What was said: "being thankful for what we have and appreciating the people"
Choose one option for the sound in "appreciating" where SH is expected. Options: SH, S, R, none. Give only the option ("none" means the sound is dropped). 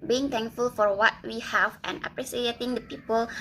S